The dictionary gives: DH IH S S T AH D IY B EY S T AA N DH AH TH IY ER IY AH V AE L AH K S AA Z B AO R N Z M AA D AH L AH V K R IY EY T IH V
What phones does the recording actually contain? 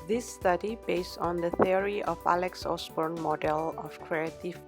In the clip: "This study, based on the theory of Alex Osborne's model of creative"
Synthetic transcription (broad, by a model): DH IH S S T AH D IY B EY S T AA N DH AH TH IY ER IY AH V AE L AH K S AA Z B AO R N M AA D AH L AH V K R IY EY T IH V